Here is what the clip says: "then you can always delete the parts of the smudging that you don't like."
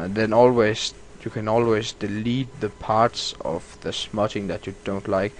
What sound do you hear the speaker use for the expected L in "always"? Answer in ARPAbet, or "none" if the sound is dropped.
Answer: L